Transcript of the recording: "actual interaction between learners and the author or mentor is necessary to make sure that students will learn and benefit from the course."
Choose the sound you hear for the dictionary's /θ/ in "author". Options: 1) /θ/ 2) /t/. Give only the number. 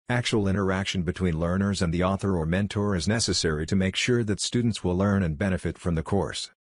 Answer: 1